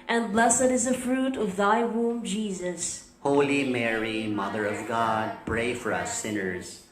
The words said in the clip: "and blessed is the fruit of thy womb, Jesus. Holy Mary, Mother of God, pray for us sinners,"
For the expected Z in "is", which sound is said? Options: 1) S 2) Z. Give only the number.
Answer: 2